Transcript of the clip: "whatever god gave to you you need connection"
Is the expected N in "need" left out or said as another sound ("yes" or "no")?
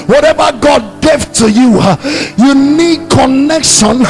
no